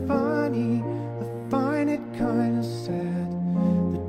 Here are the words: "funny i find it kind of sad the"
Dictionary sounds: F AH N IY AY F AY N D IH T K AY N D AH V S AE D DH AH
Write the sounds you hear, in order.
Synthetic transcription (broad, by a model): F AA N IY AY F AY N IH T K AY N D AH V S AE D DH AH